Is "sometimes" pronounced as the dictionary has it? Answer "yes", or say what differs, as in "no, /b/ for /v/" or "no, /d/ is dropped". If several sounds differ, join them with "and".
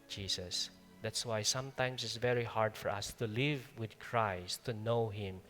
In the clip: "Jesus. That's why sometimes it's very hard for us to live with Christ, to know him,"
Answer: no, /s/ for /z/